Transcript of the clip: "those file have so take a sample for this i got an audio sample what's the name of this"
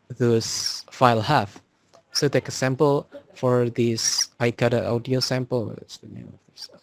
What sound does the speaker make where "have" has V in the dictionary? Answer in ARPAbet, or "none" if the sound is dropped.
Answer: F